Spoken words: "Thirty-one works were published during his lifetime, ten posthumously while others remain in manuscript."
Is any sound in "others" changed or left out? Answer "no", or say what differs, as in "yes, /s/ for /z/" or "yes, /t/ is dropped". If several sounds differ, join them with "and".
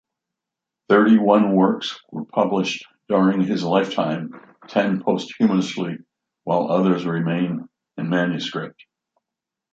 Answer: no